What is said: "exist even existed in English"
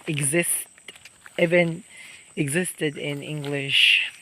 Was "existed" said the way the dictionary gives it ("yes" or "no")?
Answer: yes